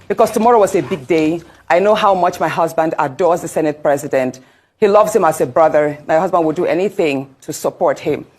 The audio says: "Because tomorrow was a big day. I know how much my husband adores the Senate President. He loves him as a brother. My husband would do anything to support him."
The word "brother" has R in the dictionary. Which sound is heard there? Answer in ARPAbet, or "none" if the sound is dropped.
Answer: R